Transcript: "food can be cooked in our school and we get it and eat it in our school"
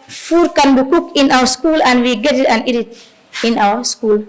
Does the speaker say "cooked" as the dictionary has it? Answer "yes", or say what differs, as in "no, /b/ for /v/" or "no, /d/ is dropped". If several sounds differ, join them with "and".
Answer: no, /t/ is dropped